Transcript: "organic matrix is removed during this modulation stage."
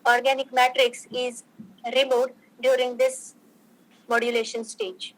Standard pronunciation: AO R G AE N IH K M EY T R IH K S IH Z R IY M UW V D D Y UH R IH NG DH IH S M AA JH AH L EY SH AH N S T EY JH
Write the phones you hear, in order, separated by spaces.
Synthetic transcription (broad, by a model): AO R G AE N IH K M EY T R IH K S IH Z R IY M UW D D Y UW R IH NG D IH S M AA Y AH L EY SH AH N S T EY JH